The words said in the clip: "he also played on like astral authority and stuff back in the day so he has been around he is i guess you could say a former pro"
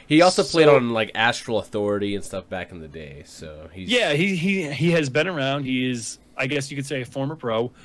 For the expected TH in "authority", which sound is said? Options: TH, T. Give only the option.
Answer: TH